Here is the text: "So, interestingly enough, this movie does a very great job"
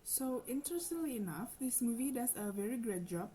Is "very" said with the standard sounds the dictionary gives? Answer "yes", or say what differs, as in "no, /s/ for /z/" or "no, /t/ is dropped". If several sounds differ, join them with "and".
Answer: yes